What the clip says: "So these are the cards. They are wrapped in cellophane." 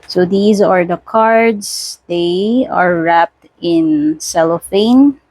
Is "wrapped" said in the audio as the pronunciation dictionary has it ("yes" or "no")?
yes